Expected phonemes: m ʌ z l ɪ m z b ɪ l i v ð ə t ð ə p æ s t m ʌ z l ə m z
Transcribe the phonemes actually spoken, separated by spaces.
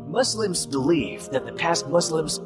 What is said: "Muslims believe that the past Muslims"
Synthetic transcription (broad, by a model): m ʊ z l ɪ m z b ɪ l i f ð ə t ð ə p æ s t m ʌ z l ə m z